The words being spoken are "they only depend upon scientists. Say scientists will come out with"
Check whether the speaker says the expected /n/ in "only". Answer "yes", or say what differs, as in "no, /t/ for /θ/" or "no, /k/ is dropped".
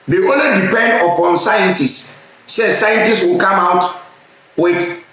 no, /n/ is dropped